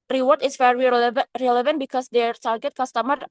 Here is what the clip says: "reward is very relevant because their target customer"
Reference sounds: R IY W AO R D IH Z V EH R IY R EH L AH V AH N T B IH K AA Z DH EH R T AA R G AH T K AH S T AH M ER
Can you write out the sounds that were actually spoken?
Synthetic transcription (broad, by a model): R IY W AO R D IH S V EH R IY R EH L AH V AH N T B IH K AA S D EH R T AA R G AH T K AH S T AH M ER